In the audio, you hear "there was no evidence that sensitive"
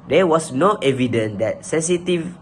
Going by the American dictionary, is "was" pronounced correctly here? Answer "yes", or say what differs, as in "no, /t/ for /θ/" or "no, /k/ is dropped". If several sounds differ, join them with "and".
no, /s/ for /z/